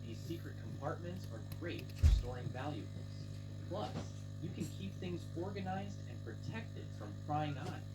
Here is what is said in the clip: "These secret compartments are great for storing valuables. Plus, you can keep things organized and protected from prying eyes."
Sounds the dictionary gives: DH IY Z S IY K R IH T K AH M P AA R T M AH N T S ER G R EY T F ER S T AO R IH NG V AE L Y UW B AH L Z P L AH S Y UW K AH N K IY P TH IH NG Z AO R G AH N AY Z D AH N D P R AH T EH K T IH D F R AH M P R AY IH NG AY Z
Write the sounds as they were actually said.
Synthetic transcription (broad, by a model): DH IY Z S IY K R IH T K AH M P AA R T M AH N T S ER G R EY T F ER S T AO R IH NG V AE L Y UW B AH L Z P L AH S Y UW K AH N K IY P TH IH NG Z AO R G AH N AY Z D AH N P R AH T EH K T IH D F R AH M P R AY IH NG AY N